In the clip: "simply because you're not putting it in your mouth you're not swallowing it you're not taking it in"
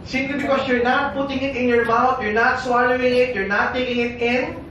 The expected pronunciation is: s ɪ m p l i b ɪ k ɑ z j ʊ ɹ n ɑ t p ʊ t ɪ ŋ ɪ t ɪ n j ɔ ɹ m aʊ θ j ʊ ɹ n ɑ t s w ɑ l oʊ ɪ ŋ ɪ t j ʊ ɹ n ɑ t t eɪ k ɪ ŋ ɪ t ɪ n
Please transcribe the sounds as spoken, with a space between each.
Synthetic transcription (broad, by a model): s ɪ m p l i b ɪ k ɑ s j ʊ ɹ n ɑ t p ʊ t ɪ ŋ ɪ t ɪ n j ɔ ɹ m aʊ t j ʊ ɹ n ɑ t s w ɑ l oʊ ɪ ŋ ɪ t j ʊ ɹ n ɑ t t eɪ k ɪ ŋ ɪ t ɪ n